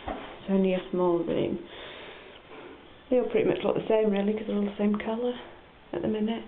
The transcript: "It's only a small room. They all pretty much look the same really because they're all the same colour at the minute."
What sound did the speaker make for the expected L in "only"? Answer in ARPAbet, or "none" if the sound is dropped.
none